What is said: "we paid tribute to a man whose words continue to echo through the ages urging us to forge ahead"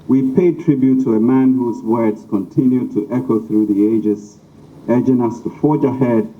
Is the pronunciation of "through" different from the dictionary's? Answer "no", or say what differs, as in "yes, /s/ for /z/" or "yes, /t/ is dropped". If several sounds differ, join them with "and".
no